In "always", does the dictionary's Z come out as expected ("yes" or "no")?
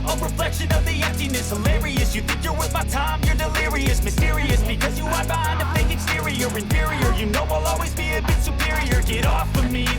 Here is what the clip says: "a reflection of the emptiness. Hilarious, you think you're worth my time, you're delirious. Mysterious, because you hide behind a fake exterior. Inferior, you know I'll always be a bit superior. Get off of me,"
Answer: yes